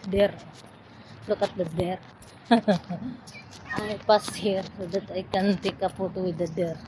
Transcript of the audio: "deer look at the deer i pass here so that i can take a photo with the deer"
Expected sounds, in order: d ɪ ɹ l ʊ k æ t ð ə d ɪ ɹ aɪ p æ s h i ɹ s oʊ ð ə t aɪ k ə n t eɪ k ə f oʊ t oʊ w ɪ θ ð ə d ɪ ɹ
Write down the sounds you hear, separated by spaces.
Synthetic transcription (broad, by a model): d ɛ ɹ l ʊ k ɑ t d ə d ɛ ɹ aɪ p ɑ s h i ɹ s oʊ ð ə t aɪ k ə n t eɪ k ə p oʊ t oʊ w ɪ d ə d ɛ ɹ